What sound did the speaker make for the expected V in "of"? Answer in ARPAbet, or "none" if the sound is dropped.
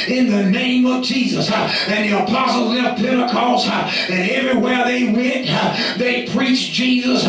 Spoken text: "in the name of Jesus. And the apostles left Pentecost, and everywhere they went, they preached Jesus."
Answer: V